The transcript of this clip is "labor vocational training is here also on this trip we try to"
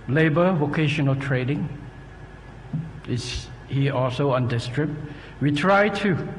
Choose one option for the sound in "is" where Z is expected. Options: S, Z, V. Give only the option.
S